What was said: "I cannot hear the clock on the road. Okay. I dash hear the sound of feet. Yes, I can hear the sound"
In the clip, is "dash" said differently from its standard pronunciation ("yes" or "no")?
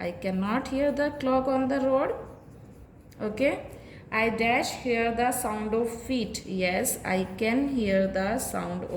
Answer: no